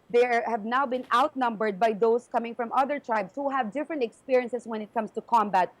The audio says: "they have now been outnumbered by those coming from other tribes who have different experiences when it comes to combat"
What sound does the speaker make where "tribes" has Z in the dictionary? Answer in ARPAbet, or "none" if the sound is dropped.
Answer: S